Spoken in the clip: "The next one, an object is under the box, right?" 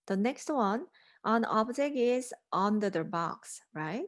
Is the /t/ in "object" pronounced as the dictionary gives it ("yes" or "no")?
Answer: no